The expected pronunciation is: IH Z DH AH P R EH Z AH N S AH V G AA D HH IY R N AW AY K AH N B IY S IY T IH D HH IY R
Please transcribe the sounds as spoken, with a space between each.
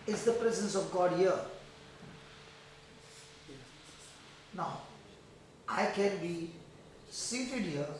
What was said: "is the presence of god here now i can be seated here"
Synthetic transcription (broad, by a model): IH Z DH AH P R EH Z AH N S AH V G AA D HH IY R N AW AY K AH N B IY S IY T IH D HH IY R